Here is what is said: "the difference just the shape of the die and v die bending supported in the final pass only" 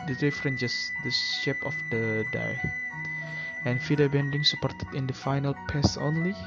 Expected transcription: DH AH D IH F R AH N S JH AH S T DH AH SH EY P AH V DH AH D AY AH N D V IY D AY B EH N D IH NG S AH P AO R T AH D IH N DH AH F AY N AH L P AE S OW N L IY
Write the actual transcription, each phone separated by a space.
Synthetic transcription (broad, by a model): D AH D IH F R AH N JH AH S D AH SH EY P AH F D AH D AY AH N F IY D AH B EH N D IH NG S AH P AO R T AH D IH N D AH F AY N AH L P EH S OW N L IY